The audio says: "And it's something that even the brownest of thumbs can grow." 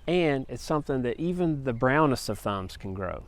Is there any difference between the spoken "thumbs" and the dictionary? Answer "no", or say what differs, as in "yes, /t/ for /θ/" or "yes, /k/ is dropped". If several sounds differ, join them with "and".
no